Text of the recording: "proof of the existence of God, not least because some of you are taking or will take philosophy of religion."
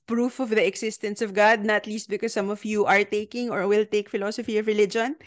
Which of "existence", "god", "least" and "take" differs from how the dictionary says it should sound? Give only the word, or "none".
existence